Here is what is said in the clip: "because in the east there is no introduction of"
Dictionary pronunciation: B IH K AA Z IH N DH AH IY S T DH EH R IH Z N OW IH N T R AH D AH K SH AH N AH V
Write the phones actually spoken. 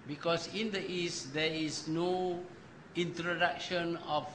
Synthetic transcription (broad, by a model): B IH K AA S IH N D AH IY S T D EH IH S N OW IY N T R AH D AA K SH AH N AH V